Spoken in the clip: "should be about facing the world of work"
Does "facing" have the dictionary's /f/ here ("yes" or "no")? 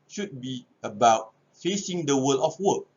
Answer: yes